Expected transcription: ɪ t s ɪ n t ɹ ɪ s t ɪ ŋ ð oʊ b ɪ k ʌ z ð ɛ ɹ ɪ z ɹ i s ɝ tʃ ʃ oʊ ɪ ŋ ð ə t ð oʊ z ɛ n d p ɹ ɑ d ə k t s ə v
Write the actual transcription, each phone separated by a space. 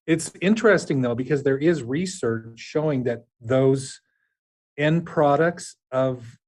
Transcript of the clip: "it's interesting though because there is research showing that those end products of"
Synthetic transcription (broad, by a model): ɪ t s ɪ n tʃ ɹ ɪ s t ɪ ŋ ð oʊ b ɪ k ʌ z ð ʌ ɹ ɪ z ɹ i s ɝ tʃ ʃ oʊ ɪ ŋ ð ə t ð oʊ z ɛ n p ɹ ɑ d ə k t s ə v